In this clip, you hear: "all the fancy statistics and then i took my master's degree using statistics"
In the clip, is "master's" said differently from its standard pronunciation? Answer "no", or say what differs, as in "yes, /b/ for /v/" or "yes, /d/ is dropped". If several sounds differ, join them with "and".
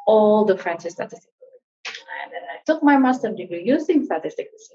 yes, /z/ is dropped